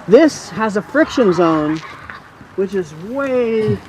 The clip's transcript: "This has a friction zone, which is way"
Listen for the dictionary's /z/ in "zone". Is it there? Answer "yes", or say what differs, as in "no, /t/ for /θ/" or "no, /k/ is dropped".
yes